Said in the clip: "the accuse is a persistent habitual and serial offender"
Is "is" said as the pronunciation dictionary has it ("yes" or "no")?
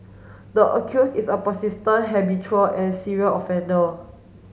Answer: no